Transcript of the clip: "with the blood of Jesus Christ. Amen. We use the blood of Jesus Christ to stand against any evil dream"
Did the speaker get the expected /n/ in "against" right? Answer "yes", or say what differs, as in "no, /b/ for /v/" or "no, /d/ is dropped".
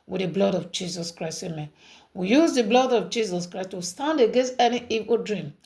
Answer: yes